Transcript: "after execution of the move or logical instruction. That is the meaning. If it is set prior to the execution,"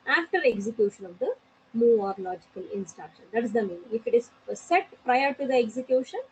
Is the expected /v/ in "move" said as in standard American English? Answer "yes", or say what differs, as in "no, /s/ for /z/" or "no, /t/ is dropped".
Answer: no, /v/ is dropped